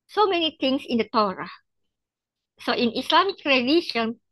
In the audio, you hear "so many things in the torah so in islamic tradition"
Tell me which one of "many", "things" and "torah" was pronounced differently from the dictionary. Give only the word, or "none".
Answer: things